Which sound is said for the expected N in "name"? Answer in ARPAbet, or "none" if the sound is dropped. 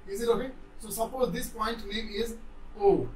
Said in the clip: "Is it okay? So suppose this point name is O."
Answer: L